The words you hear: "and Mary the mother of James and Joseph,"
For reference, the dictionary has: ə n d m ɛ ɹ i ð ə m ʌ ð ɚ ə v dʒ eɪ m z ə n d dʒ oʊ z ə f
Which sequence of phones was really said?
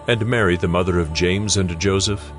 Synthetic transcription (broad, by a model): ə n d m ɛ ɹ i ð ə m ʌ ð ɚ ə v dʒ eɪ m z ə n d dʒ oʊ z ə f